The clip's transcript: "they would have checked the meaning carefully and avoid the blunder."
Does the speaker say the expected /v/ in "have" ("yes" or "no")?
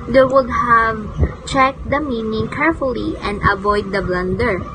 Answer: yes